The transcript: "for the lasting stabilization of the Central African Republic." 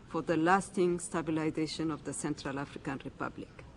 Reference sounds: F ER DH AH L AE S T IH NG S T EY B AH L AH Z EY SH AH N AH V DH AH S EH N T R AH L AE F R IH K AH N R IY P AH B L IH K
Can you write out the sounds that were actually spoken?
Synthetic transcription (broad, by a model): F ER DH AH L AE S T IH NG S T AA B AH L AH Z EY SH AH N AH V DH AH S EH N T R AH L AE F R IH K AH N R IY P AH B L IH K